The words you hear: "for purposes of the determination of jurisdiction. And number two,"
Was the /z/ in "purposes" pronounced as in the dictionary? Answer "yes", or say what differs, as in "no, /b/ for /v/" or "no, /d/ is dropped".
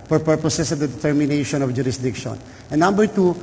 no, /s/ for /z/